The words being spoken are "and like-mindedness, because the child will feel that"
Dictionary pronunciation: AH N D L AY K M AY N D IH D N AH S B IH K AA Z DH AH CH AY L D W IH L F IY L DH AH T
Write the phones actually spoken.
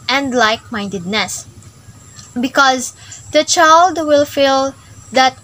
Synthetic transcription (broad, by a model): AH N D L AY K M AY N D IH D N AH S B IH K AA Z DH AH CH AY L D W IH L F IY L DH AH T